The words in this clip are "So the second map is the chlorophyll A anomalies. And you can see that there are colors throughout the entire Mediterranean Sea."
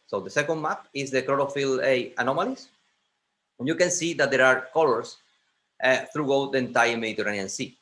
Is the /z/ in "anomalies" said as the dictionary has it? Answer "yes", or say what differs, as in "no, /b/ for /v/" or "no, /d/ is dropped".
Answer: no, /s/ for /z/